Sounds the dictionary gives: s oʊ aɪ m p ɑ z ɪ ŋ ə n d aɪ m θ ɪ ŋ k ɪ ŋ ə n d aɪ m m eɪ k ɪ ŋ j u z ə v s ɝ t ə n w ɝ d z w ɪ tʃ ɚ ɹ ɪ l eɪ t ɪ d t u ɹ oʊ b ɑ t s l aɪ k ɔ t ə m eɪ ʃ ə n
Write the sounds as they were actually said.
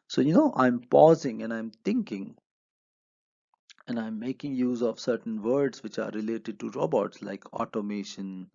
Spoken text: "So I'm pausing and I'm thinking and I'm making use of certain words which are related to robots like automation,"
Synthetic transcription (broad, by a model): s oʊ aɪ m p ɑ z ɪ ŋ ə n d aɪ m t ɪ ŋ k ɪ ŋ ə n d aɪ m m eɪ k ɪ ŋ j u z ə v s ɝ t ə n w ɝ d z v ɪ tʃ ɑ ɹ ɪ l eɪ t ɪ d t u ɹ oʊ b ɑ t s l aɪ k ɔ t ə m eɪ ʃ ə n